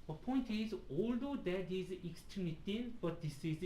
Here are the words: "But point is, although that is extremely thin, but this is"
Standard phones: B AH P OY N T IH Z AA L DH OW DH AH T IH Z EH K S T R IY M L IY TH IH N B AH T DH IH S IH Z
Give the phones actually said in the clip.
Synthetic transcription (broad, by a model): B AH P OY N T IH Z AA L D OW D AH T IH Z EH K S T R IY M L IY T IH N B AH T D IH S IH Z